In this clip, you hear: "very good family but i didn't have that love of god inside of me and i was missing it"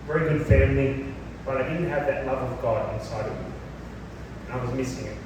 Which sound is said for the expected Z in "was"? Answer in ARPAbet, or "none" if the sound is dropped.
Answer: Z